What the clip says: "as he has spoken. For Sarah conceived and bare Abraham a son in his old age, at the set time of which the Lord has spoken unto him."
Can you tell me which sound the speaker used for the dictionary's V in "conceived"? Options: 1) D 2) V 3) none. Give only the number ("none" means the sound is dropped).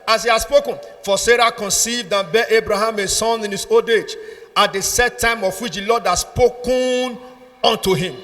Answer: 2